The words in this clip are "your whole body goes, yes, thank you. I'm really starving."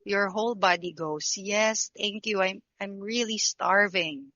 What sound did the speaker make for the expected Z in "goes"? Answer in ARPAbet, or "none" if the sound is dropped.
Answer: S